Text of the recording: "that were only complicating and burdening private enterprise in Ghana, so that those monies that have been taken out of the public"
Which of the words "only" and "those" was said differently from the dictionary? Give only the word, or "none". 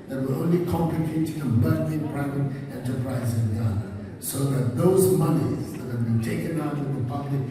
none